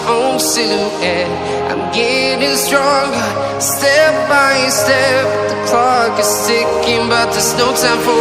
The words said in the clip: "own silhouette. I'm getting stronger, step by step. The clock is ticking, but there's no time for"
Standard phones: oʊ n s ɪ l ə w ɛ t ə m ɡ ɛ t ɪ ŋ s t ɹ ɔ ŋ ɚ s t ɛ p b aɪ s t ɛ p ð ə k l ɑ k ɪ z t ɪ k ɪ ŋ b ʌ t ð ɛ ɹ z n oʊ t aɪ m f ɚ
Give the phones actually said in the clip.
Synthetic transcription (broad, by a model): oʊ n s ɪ ə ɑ ə m ɡ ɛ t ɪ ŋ s t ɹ ɔ ŋ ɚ s t ɛ p b aɪ s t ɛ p ð ə k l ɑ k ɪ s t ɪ k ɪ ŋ b ʌ t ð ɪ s n oʊ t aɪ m f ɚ